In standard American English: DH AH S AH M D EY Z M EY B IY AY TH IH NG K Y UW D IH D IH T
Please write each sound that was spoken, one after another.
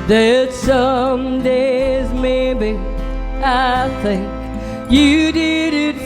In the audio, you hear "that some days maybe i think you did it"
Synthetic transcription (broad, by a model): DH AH S AH M D EY Z M EY B IY AY TH IH NG K Y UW D IH D IH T